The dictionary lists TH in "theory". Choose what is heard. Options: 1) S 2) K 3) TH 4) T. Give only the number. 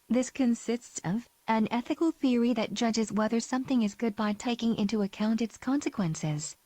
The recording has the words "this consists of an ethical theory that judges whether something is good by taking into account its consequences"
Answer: 3